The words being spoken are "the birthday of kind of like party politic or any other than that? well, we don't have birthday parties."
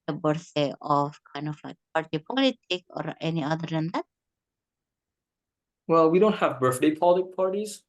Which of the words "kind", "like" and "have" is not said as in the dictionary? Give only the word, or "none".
none